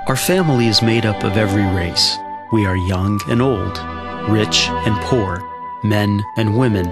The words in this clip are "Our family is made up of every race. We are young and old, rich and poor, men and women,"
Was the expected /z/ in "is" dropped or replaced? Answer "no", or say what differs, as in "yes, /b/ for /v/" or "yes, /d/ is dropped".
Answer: no